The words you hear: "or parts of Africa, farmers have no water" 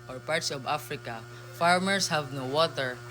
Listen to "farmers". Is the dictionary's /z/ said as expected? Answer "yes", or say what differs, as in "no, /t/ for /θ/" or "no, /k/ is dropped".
no, /s/ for /z/